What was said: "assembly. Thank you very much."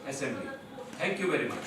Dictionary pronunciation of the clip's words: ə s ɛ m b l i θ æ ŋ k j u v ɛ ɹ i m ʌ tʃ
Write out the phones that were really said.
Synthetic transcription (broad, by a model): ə s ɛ m b l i t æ ŋ k j u v ɛ ɹ i m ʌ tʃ